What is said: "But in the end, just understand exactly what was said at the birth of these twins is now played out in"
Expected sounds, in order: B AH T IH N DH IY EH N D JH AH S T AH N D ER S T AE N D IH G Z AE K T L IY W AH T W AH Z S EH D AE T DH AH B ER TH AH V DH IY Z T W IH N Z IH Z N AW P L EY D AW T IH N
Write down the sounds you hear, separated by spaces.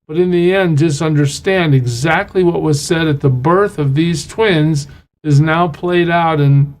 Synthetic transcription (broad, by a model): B AH T IH N DH IY EH N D JH AH S T AH N D ER S T AE N D IH G Z AE K T L IY W AH T W AH Z S EH D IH T DH AH B ER TH AH V DH IY Z T W IH N Z IH Z N AW P L EY D AW T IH N